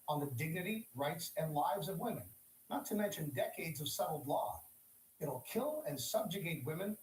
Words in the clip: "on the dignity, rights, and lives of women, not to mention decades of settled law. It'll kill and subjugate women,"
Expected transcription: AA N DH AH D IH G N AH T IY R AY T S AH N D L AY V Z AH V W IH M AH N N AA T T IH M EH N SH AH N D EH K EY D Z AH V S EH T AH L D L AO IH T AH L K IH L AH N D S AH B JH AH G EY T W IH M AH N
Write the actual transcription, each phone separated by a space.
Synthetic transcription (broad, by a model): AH N DH AH D IH G N AH T IY R AY T S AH N L AY V Z AH V W IH M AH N N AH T T IH M EH N SH AH N D EH K EY D Z AH V S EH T L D L AO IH T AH L K IH L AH N S AH B JH AH G EY T W IH M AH N